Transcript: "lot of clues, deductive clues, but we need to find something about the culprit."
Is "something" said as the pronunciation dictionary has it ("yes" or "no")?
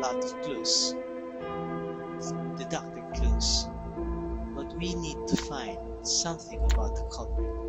yes